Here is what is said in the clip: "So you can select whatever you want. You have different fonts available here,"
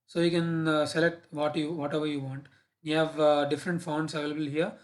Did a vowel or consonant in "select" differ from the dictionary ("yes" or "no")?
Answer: no